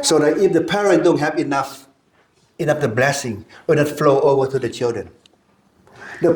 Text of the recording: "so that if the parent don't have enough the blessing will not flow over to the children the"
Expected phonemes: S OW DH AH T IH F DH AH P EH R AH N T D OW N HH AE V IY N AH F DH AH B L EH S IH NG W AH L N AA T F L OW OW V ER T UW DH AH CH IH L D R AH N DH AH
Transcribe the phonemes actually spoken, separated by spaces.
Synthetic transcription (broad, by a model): S OW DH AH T IH F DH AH P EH R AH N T D OW N HH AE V IY N AH F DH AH B L EH S IH NG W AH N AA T F L OW OW V ER T UW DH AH CH IH L D R AH N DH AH